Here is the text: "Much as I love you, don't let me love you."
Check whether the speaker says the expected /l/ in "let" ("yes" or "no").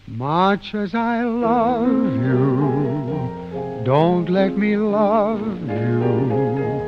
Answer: yes